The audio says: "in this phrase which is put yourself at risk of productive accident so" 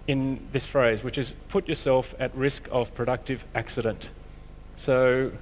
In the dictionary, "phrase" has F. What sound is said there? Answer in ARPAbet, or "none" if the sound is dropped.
F